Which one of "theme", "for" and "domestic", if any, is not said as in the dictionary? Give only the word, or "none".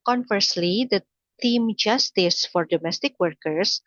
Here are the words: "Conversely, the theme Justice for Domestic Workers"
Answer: theme